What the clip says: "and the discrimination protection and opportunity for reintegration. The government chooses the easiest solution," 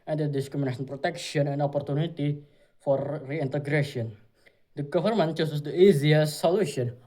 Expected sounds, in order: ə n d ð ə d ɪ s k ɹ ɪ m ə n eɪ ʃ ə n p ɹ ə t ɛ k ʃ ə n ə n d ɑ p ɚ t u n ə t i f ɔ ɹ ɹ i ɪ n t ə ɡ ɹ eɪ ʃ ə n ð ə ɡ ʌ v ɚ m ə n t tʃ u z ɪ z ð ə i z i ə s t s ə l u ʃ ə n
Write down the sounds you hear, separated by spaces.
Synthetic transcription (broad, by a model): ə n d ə d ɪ s k ɹ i m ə n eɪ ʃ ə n p ɹ ə t ɛ k ʃ ə n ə n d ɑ p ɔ t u n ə t i f ɔ ɹ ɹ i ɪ n t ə ɡ ɹ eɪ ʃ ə n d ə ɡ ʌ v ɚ m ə n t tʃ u s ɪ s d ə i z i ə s s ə l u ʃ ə n